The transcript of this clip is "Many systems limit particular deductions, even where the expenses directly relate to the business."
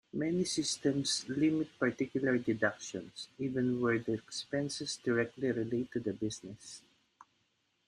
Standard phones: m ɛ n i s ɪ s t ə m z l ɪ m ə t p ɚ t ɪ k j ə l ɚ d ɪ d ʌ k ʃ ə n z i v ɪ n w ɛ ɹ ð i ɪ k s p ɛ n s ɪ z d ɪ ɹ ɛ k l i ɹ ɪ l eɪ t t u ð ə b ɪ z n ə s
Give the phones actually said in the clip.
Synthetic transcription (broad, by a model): m ɛ n i s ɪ s t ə m s l ɪ m ə t p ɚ t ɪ k j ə l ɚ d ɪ d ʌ k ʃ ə n s i v ɪ n w ɛ ɹ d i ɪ k s p ɛ n s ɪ s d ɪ ɹ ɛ k l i ɹ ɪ l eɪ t t u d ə b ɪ s n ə s